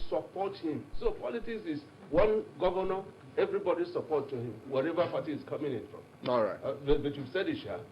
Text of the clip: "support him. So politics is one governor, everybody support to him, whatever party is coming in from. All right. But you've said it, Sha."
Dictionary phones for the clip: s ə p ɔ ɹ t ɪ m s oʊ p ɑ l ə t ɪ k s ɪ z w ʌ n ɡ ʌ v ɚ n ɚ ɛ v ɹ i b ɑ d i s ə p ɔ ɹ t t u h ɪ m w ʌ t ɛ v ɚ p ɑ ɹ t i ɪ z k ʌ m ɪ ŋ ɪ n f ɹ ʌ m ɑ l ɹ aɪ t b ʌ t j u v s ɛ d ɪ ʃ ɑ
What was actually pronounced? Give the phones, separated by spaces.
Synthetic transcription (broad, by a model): s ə p ɔ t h ɪ m s oʊ p ɑ l ə t ɪ k s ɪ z w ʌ n ɡ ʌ v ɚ n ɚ ɛ v ɹ i b ɑ d i s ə p ɔ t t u h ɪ m w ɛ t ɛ v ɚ p ɑ t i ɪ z k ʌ m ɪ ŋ ɪ n f ɹ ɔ m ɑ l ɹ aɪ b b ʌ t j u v s ɛ d ɪ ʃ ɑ